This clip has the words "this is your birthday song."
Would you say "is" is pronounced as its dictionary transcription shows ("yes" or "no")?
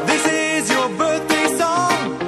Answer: yes